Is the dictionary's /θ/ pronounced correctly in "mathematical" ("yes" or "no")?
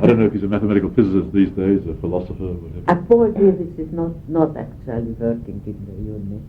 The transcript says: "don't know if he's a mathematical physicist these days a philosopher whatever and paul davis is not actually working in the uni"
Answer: yes